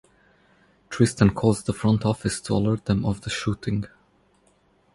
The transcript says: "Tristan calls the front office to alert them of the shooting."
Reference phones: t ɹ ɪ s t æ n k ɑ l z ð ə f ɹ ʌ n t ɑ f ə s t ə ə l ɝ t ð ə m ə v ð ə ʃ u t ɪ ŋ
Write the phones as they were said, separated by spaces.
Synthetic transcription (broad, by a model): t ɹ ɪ s t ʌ n k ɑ z ð ə f ɹ ʌ n t ɑ f ə s t ə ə l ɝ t ð ə m ə v ð ə ʃ u t ɪ ŋ